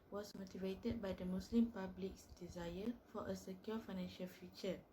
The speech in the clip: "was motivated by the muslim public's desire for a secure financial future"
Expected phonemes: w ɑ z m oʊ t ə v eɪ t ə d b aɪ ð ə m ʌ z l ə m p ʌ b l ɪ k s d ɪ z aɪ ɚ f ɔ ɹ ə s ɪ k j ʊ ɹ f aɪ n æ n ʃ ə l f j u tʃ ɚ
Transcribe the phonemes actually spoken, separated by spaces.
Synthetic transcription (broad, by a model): w ɑ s m oʊ t ə v eɪ t ə d b aɪ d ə m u s l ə m p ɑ b l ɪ k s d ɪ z aɪ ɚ f ɔ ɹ ə s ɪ k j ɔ f aɪ n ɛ n ʃ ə l f j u tʃ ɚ